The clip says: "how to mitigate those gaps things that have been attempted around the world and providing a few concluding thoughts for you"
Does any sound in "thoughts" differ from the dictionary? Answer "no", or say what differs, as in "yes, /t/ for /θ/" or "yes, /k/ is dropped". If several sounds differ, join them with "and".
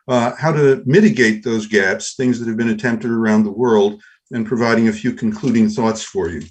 no